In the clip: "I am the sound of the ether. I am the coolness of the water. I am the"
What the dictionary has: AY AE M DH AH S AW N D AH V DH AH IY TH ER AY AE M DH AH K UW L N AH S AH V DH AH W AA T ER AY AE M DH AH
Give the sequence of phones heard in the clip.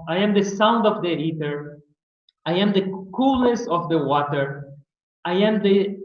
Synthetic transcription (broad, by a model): AY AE M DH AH S AW N D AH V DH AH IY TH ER AY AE M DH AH K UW L AH S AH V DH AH W AA T ER AY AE M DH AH